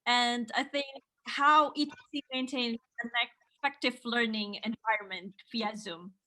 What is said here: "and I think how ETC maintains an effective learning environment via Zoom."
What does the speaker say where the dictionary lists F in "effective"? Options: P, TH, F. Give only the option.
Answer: P